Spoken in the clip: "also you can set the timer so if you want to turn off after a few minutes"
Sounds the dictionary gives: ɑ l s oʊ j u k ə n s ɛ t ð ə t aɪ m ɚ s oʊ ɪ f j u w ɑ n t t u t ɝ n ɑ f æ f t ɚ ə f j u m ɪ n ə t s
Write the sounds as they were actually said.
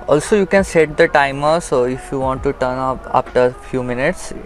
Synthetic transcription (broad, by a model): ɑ l s oʊ j u k ə n s ɛ t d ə t aɪ m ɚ s oʊ ɪ f j u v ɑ n t t u t ɝ n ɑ p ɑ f t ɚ ə f j u m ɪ n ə t s